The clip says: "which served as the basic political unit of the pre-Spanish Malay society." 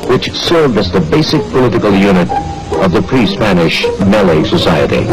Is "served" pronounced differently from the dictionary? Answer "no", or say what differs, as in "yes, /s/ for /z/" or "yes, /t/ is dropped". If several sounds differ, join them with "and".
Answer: yes, /d/ is dropped